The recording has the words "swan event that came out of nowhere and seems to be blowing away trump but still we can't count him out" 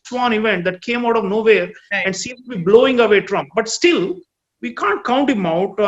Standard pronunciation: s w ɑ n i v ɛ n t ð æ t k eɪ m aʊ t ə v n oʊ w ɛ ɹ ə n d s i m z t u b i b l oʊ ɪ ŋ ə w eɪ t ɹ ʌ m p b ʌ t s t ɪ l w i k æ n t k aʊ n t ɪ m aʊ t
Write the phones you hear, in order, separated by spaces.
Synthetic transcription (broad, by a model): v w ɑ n i v ɛ n t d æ t k eɪ m aʊ t ə v n oʊ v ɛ ɹ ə n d s i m t u b i b l oʊ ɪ ŋ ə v eɪ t ɹ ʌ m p b ʌ t s t ɪ l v i k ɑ n t k aʊ n t ɪ m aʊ t